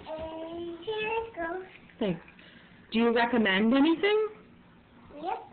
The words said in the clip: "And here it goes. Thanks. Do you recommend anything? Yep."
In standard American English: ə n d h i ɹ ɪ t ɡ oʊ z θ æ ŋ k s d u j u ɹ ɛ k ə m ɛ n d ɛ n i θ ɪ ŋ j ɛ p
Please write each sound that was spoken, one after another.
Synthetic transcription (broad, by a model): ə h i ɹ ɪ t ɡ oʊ θ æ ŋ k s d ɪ j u ɹ ɛ k ə m ɛ n d ɛ n i θ ɪ ŋ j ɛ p